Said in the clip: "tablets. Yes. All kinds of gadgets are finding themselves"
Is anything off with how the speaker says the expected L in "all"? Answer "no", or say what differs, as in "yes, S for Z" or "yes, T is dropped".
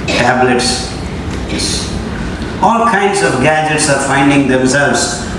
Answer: no